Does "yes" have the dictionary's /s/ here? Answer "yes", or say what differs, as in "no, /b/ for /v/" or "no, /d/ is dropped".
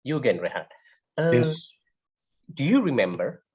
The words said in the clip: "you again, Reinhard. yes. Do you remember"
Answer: no, /s/ is dropped